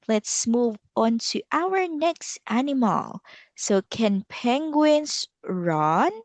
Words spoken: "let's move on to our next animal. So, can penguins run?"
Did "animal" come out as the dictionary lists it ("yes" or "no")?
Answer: yes